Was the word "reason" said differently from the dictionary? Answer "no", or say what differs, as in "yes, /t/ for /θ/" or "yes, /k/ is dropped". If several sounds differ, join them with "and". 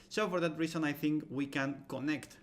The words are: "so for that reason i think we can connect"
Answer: yes, /s/ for /z/